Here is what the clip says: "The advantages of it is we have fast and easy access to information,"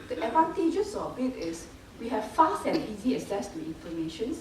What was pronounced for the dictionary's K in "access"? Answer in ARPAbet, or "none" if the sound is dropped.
none